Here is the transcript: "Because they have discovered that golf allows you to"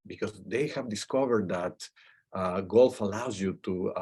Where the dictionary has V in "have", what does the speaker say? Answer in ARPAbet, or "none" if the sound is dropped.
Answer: V